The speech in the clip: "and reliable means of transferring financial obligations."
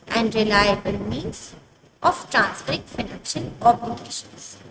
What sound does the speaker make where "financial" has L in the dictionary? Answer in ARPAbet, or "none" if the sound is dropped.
N